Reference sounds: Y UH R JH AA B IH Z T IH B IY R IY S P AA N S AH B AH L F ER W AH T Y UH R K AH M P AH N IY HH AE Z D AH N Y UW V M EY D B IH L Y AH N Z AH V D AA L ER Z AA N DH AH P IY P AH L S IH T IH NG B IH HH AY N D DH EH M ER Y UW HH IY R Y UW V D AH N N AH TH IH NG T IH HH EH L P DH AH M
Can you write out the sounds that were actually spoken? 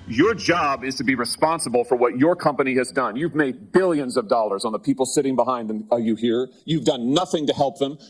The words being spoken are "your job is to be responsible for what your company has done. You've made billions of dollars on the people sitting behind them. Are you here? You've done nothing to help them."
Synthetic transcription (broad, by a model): Y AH R JH AA B IH Z T IH B IY R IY S P AA N S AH B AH L F ER W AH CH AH R K AH M P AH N IY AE Z D AH N Y UW V M EY D B IH L Y AH N Z AH V D AA L ER Z N DH AH P IY P L S IH T IH NG B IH HH AY N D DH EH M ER Y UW HH IY R Y UW V D AH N N AH TH IH NG T IH HH EH L P DH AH M